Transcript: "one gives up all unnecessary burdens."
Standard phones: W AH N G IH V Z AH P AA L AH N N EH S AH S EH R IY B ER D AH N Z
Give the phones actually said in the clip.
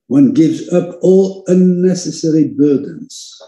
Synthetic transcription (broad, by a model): W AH N G IH V Z AH P AA L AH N N EH S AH S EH R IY B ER D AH N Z